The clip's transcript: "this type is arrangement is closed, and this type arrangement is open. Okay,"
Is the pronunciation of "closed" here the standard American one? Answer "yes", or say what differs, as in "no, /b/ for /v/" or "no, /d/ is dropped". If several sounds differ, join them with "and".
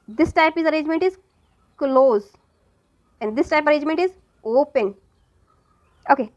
no, /d/ is dropped